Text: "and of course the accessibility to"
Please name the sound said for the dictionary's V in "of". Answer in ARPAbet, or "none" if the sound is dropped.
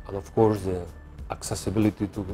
F